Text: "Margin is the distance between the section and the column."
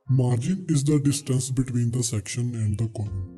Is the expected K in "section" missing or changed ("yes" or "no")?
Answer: no